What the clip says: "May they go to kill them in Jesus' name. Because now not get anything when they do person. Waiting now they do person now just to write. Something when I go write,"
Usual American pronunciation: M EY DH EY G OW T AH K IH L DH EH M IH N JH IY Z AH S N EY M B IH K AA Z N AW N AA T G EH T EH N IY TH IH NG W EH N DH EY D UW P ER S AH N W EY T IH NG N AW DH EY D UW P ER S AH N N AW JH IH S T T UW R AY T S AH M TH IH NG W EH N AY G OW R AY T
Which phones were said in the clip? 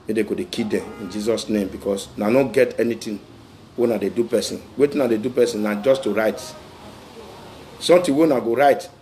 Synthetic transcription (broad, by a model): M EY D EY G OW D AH K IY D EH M IH N JH IY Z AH S N EY M B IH K AA S N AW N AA G EH T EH N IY T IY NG W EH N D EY D UW P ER S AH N W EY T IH N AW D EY D UW P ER S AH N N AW JH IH S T T UW R AY T S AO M T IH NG W EH N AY G OW R AY T